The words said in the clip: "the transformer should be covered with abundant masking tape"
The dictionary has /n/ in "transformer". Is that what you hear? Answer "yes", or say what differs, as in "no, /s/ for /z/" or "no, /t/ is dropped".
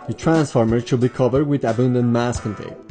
yes